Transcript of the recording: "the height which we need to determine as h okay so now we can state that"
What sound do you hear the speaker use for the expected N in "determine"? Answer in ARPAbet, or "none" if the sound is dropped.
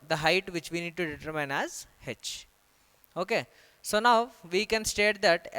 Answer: N